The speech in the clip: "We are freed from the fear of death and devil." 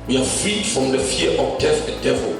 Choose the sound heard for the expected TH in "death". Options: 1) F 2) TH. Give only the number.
1